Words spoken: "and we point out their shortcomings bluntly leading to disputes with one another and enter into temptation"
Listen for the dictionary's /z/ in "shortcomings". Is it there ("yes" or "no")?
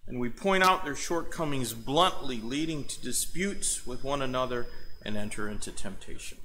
yes